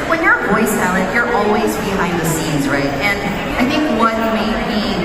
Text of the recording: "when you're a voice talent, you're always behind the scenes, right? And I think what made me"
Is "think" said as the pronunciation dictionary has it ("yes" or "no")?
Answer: yes